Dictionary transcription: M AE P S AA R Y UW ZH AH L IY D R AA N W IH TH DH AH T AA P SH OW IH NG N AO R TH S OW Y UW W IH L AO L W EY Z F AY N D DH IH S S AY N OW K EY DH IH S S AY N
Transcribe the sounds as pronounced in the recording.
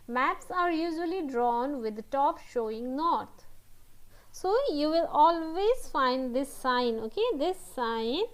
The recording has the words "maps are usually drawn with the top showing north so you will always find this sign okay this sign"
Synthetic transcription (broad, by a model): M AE P S AA R Y UW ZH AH L IY D R AA N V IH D T AA P SH OW IH NG N AO R T S OW Y UW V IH L AO L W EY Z F AY N D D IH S S AY N OW K EY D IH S S AY N